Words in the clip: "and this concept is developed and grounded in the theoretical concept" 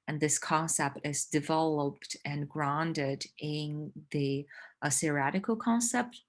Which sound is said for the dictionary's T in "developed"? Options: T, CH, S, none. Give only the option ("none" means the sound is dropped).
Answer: T